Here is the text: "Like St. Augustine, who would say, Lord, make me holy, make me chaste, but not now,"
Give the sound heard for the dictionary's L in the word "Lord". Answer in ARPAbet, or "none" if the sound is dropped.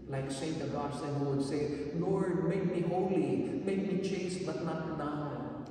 N